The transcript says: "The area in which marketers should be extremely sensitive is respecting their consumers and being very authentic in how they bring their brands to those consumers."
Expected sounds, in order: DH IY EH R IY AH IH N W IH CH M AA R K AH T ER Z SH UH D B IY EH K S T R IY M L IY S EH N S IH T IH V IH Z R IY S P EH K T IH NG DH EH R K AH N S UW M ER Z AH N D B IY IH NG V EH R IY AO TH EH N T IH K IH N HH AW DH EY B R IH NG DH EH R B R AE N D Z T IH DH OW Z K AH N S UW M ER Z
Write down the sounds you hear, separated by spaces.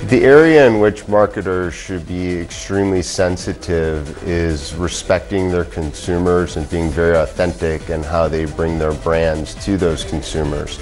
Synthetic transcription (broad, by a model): DH IY EH R IY AH IH N W IH CH M AA R K AH T ER Z SH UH D B IY EH K S T R IY M L IY S EH N S IH T IH V IH Z R IY S P EH K T IH NG DH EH R K AH N S UW M ER Z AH N B IY IH NG V EH R IY AO TH EH N T IH K IH N HH AW DH EY B R IH NG DH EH R B R AE N D Z T IH DH OW Z K N S UW M ER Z